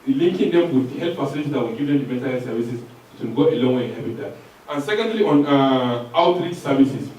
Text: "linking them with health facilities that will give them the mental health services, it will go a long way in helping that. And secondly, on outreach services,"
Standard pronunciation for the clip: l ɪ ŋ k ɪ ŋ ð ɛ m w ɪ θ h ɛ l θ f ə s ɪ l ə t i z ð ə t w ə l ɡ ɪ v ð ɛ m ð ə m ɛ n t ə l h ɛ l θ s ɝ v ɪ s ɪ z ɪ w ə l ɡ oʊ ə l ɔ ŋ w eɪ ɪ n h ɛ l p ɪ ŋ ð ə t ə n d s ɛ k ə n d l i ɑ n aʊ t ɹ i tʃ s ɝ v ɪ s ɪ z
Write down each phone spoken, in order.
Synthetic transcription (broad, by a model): l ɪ ŋ k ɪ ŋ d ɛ m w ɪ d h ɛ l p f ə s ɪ n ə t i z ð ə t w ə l ɡ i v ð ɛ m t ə m ɛ n t ə l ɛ s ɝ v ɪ s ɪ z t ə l ɡ oʊ ə l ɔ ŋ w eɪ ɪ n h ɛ p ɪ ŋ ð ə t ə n s ɛ k ə n d l i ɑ n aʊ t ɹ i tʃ s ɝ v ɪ s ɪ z